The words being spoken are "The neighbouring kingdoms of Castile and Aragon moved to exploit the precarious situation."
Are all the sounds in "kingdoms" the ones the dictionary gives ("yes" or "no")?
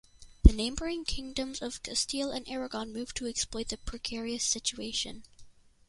yes